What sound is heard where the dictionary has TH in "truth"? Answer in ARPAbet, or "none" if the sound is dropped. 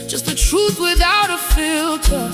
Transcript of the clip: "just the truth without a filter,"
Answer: TH